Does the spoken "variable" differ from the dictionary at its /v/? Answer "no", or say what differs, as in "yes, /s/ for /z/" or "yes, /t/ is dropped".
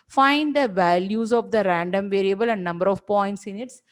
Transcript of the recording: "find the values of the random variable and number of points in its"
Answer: no